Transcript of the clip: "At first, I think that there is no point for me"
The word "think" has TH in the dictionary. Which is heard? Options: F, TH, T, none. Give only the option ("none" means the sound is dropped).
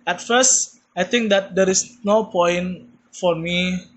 T